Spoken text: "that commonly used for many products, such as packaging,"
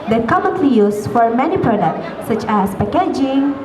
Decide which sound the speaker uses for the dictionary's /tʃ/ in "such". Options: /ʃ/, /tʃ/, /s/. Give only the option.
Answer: /tʃ/